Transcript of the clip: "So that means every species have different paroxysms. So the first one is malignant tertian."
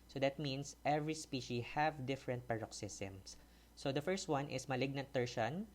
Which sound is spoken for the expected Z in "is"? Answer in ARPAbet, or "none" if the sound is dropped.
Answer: S